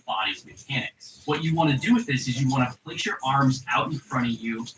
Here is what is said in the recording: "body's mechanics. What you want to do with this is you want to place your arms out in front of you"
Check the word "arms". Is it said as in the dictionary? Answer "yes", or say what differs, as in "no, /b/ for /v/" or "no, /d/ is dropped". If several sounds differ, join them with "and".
yes